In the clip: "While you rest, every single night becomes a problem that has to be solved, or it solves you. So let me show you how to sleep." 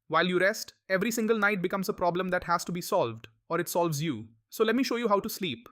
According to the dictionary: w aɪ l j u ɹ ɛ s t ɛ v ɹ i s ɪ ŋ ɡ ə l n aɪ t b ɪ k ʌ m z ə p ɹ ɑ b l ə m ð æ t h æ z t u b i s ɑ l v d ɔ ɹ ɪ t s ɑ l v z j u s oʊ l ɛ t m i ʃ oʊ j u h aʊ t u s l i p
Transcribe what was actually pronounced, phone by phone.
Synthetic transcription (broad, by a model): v aɪ l j u ɹ ɛ s t ɛ v ɹ i s ɪ ŋ ɡ ə l n aɪ t b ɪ k ʌ m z ə p ɹ ɑ b l ə m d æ t h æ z t u b i s ɑ l v d ɔ ɹ ɪ t s ɑ l v z j u s oʊ l ɛ t m i ʃ oʊ j u h aʊ t u s l i p